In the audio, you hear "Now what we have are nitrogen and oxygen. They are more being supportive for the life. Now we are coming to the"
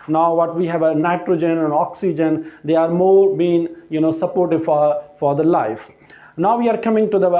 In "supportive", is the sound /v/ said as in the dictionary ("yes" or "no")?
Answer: no